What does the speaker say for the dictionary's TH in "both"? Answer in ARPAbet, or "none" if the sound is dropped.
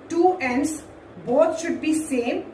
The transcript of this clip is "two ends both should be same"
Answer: T